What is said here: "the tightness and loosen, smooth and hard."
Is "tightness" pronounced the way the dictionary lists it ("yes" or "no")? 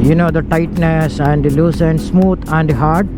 yes